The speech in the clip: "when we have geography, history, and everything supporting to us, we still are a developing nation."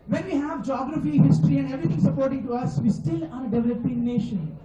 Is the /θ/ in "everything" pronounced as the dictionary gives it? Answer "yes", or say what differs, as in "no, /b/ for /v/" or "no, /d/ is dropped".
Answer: no, /t/ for /θ/